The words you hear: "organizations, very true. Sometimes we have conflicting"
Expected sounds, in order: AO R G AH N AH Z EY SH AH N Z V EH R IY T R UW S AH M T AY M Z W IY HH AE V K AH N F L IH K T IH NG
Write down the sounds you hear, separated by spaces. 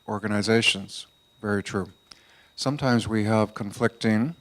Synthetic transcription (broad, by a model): AO R G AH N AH Z EY SH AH N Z V EH R IY T R UW S AH M T AY M Z W IY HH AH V K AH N F L IH K T IH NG